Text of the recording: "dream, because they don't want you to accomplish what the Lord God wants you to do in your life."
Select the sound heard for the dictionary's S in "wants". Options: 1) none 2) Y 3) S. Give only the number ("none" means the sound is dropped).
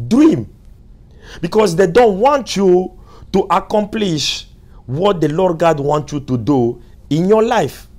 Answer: 1